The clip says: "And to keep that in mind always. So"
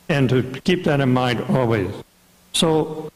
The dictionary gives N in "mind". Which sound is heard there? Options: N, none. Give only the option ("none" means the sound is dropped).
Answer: N